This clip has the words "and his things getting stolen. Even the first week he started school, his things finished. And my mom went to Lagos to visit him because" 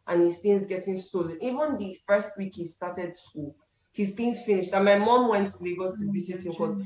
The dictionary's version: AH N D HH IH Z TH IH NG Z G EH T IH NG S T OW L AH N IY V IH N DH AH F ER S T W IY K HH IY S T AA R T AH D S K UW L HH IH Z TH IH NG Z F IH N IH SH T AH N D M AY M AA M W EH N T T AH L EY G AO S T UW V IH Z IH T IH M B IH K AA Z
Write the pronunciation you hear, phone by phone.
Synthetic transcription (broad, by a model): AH N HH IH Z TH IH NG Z G EH T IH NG S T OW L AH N IY V IH N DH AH F ER S T W IY K HH IY S T AA T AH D S K UW L HH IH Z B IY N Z F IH N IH SH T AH N M AY M AA M W EH N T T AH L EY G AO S T UW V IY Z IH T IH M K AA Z